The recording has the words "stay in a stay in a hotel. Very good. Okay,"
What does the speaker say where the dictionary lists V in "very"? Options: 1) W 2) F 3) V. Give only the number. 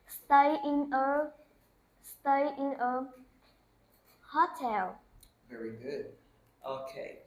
3